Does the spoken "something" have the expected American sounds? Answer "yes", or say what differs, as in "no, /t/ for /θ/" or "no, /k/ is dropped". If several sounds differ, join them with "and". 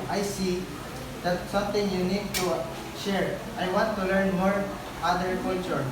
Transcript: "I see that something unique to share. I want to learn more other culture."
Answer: no, /t/ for /θ/